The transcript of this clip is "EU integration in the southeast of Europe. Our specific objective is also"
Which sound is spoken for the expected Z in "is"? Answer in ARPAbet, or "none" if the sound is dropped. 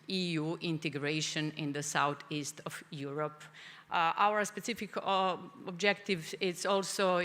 S